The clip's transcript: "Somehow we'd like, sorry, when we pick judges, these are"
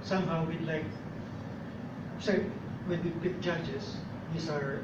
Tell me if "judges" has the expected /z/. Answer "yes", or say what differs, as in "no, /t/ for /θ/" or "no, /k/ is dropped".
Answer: no, /s/ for /z/